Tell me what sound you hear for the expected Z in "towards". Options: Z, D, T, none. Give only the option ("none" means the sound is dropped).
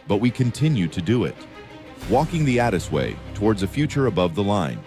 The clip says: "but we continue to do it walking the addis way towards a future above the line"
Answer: Z